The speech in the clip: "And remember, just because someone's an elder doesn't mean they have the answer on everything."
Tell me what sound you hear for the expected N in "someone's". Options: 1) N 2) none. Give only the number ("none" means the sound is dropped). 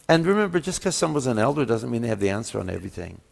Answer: 2